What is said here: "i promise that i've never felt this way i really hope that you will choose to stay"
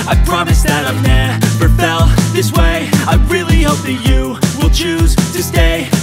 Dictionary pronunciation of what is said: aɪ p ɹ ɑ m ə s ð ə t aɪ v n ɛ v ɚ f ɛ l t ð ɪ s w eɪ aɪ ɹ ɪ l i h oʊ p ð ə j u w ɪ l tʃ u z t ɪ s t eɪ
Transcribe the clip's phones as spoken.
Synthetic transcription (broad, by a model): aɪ p ɹ ɑ m ə s ð ə t aɪ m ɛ b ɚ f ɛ l ð ɪ s w eɪ aɪ ɹ ɪ l i h oʊ p ð ə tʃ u w ɪ l tʃ u z t ɪ s t eɪ